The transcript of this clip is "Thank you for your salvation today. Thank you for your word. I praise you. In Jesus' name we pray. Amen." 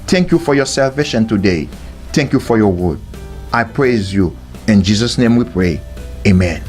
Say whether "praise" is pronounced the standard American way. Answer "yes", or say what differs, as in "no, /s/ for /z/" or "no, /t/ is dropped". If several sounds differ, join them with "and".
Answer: yes